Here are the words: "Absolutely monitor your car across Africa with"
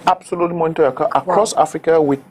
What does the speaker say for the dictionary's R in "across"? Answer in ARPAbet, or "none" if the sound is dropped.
R